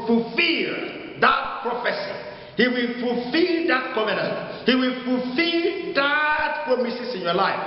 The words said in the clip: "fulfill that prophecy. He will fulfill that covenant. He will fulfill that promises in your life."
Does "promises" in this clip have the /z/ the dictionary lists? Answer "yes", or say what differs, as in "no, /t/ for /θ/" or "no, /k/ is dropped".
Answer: no, /s/ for /z/